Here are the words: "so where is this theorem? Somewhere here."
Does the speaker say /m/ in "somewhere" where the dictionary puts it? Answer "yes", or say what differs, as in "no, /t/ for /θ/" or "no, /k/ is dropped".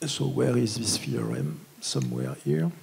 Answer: yes